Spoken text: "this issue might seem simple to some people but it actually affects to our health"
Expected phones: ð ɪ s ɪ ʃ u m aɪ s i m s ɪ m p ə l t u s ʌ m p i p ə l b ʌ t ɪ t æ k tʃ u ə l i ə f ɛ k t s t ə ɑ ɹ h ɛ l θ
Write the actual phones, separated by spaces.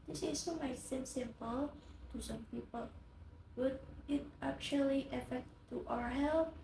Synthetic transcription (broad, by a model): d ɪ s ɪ s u m aɪ s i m s ɪ m p ə l t u s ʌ m p i p ə l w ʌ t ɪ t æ k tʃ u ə l i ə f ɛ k t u t ə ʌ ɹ h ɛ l